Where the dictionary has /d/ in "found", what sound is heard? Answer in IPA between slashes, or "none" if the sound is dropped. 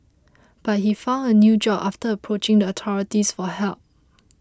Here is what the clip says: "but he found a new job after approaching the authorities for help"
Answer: /d/